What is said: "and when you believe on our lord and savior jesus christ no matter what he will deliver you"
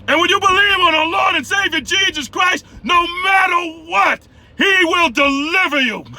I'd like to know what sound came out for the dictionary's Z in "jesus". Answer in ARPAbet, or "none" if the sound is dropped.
Z